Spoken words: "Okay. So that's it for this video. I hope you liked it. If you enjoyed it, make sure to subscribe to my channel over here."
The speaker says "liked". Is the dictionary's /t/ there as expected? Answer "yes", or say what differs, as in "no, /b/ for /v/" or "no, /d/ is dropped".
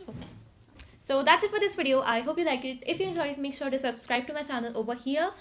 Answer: no, /t/ is dropped